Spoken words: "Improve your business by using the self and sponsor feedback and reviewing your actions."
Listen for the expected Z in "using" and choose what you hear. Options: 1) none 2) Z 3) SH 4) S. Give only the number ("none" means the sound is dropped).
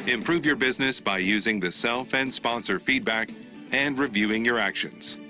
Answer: 2